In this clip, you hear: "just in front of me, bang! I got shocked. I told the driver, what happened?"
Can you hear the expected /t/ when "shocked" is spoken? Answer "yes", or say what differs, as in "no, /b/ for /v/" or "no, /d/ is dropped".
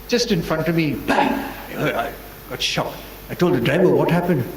no, /t/ is dropped